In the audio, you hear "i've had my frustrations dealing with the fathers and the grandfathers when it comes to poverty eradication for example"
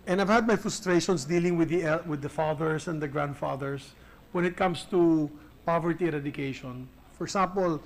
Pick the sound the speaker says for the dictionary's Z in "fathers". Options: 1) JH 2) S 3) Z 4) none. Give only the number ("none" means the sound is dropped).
2